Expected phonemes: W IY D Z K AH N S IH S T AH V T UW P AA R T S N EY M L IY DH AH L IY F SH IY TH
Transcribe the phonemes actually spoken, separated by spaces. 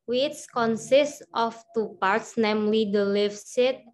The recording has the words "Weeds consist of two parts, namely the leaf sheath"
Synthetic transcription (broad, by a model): W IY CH K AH N S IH S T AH F T UW P AA R T S N EY M L IY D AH L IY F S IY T